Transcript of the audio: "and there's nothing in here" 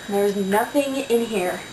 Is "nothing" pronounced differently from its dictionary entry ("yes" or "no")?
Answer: no